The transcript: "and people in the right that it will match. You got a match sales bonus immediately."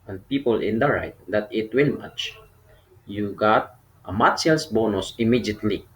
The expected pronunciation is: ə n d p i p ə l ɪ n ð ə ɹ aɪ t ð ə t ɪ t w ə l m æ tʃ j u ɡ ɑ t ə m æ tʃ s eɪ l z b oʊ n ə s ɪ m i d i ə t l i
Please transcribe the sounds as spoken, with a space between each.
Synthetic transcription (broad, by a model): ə n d p i p ə l ɪ n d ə ɹ aɪ t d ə t ɪ t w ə n m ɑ tʃ j u ɡ ɑ t ə m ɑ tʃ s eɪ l s b oʊ n ə s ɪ m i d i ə t l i